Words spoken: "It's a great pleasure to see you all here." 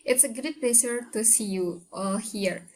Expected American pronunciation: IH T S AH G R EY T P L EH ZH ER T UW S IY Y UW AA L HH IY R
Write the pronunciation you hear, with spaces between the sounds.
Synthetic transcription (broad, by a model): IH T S AH G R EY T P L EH S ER T UW S IY Y UW AA L HH IY R